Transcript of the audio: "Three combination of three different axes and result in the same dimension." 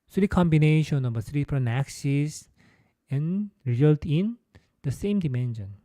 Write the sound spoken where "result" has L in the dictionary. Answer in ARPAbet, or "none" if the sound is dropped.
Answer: L